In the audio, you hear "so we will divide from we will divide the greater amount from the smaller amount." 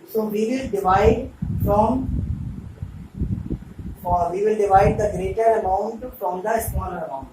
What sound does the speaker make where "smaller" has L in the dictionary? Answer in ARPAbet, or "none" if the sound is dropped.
N